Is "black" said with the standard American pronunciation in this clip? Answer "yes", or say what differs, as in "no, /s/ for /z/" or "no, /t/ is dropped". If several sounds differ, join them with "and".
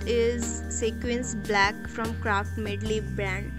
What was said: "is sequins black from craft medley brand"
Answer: yes